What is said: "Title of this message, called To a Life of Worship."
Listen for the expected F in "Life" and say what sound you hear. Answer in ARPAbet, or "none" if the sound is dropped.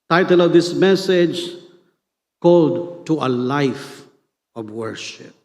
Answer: F